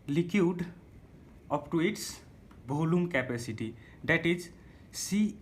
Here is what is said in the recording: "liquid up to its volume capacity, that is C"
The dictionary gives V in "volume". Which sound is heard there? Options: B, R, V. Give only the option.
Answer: B